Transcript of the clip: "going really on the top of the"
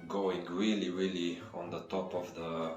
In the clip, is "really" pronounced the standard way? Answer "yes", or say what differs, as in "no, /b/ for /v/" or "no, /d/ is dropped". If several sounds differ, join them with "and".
yes